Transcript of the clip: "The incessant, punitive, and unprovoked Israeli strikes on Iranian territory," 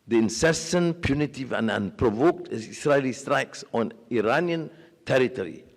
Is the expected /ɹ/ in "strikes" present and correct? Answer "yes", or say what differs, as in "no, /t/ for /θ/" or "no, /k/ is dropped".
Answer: yes